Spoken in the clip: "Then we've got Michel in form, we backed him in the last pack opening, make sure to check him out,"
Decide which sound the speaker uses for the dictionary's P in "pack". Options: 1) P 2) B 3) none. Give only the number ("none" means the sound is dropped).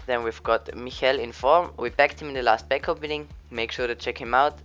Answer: 2